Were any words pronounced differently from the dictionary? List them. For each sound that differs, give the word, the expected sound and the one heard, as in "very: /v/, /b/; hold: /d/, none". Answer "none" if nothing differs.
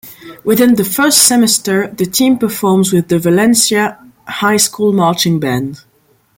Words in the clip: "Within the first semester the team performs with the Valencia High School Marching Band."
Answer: none